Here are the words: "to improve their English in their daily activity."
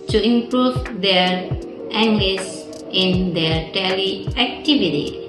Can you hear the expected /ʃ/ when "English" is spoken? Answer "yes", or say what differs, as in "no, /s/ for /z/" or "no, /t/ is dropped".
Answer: no, /s/ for /ʃ/